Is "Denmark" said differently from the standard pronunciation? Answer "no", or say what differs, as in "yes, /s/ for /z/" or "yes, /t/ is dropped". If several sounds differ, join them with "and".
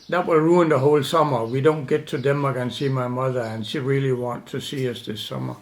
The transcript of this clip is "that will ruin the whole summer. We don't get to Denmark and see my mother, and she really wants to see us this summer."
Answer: yes, /n/ is dropped